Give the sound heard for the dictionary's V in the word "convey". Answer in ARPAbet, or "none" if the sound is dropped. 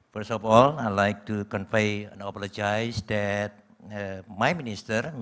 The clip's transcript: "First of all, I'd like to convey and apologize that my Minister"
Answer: F